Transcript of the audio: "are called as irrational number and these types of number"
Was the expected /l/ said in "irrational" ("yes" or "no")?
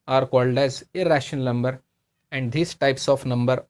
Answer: no